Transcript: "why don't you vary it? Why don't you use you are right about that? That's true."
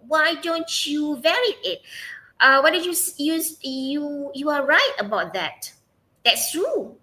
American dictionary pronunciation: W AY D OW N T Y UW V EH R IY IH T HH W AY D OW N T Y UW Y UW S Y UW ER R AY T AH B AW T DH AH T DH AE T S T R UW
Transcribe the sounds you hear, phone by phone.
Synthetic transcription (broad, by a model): W AY D OW N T Y UW V EH R IY IH T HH W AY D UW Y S Y UW Y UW Y UW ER R AY T AH B AW T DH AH T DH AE T S T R UW